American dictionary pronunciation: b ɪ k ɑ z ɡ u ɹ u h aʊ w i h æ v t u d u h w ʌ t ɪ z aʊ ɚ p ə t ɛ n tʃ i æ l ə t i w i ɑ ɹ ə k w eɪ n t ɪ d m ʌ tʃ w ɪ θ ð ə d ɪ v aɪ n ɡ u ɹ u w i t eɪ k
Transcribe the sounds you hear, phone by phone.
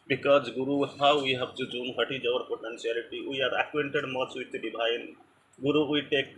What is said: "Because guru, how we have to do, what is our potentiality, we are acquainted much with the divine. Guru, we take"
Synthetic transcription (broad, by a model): b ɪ k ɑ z ɡ u ɹ u h aʊ w i h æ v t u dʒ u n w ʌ t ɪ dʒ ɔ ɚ p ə t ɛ n s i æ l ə t i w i ɑ ɹ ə k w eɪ n t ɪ d m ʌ s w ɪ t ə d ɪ b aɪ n ɡ u ɹ u w i t eɪ k